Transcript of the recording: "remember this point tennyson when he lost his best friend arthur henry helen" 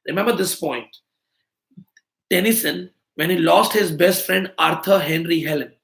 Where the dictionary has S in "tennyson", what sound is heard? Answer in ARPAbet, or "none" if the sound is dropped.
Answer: S